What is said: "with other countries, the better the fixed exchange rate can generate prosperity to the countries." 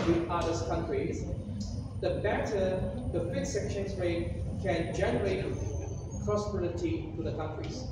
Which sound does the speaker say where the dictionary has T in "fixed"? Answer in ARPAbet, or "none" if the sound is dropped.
none